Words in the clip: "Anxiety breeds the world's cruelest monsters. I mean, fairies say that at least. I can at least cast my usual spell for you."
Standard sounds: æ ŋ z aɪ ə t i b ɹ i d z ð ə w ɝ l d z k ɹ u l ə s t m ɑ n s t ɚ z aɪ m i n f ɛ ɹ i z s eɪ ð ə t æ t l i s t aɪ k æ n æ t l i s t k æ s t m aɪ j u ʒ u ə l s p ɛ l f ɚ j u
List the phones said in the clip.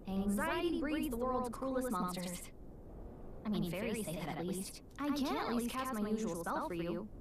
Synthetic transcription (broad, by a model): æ ŋ z aɪ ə t i b ɹ i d ð ə w ɝ l d z k ɹ u l ə s t m ɑ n s t ɚ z aɪ m i n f ɛ ɹ i s eɪ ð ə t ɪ t l i s t aɪ k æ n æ t l i s t k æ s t m aɪ j u ʒ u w l s ɛ l f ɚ j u